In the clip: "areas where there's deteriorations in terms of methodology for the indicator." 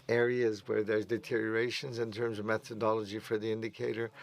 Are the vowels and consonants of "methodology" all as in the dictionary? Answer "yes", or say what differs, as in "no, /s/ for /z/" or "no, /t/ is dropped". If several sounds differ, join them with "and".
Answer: yes